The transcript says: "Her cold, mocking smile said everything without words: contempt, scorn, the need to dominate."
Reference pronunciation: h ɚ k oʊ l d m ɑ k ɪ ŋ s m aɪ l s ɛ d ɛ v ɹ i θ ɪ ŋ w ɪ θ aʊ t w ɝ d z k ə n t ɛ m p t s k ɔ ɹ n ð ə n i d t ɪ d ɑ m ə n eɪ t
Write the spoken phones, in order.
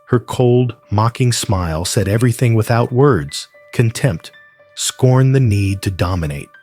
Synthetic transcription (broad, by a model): h ɚ k oʊ l d m ɑ k ɪ ŋ s m aɪ l s ɛ d ɛ v ɹ i θ ɪ ŋ w ɪ θ aʊ t w ɝ d z k ə n t ɛ m p t s k ɔ ɹ n ð ə n i d t ɪ d ɑ m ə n eɪ t